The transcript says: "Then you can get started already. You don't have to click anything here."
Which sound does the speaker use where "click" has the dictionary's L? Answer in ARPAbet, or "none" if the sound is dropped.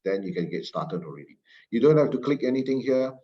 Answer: L